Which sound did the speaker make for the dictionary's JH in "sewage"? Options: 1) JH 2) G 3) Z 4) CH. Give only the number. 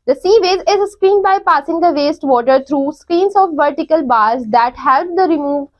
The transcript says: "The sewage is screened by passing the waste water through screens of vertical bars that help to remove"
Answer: 3